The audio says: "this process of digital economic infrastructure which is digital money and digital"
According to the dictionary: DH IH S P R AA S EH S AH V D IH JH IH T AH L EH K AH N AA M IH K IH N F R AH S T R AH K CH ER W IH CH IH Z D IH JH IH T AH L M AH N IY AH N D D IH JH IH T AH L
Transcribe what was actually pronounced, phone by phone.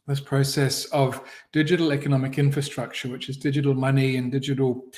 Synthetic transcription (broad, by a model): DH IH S P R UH S EH S AH V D IH JH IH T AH L EH K AH N AA M IH K IH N F R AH S T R AH K CH ER W IH CH IH Z D IH JH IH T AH L M AH N IY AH N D D IH JH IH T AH L